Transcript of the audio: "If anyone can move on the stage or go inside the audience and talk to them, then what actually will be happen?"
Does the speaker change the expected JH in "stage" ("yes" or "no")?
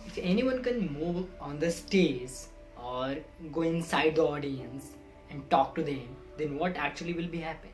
yes